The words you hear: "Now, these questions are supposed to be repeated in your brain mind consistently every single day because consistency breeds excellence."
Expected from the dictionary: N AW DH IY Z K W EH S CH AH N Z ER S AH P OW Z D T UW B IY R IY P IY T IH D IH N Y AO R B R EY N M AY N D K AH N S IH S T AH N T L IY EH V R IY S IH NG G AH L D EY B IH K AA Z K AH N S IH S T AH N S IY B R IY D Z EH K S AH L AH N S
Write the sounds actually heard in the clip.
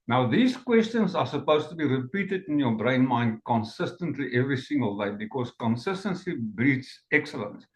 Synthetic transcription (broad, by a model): N AW DH IY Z K W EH S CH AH N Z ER S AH P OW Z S T UW B IY R IY P IY T IH D IH N Y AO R B R EY N M AY N D K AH N S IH S T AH N T L IY EH V R IY S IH NG G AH L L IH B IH K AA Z K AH N S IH S T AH N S IY B R IY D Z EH K S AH L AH N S